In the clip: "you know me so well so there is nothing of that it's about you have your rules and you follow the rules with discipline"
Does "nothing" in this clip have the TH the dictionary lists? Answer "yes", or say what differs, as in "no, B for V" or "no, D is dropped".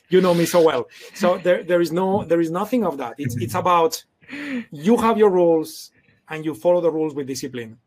yes